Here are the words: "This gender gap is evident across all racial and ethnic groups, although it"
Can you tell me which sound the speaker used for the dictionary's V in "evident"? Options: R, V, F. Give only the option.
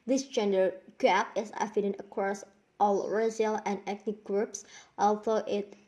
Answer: F